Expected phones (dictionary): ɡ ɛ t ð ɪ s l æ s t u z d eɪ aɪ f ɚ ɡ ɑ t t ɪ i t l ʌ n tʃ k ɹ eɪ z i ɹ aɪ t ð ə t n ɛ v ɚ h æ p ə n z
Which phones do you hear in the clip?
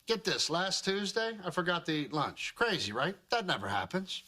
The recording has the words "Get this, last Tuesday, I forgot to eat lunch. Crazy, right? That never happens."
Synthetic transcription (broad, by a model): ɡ ɛ t ð ɪ s l æ s t u z d eɪ aɪ f ɚ ɡ ɑ t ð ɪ l ʌ n tʃ k ɹ eɪ z i ɹ aɪ t ð ə t n ɛ v ɚ h æ p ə n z